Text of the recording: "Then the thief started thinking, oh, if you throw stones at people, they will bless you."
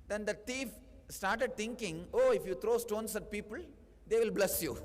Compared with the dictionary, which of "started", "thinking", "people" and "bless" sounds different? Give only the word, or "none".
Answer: thinking